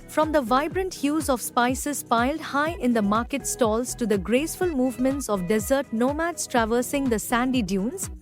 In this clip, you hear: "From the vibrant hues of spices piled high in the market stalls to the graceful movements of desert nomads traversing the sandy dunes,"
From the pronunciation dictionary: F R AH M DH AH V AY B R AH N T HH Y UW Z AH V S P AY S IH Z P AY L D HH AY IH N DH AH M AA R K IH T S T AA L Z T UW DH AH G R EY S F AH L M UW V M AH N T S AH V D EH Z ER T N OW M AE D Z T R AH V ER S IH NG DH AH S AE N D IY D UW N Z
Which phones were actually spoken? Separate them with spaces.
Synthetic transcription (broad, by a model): F R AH M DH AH V AY B R AH N T HH Y UW Z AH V S P AY S IH Z P AY L D HH AY IH N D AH M AA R K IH T S T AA L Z T UW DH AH G R EY S F AH L M UW V M AH N T S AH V D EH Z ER T N OW M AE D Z T R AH V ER S IH NG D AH S AE N D IY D UW N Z